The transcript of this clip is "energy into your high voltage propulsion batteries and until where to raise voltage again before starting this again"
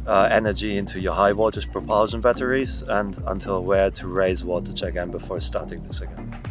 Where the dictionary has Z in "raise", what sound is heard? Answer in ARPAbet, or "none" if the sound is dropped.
Z